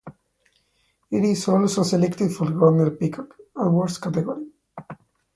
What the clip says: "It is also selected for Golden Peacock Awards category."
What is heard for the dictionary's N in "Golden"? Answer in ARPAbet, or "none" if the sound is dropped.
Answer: L